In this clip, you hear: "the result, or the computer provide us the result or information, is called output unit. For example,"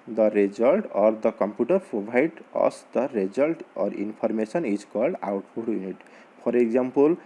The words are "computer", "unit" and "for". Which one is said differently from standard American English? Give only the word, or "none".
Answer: for